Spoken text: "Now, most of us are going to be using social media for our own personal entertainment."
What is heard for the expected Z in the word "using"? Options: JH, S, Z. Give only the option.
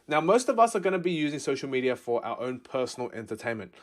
Z